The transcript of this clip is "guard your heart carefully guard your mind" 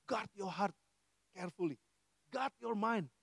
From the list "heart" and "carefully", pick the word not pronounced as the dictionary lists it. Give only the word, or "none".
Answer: none